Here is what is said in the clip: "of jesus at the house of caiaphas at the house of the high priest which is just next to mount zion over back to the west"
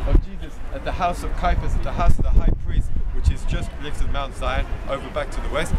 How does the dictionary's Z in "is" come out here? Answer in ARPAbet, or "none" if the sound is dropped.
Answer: Z